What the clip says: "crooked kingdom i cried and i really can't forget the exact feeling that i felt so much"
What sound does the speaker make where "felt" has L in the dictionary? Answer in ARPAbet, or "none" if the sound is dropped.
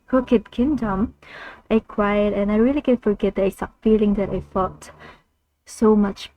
none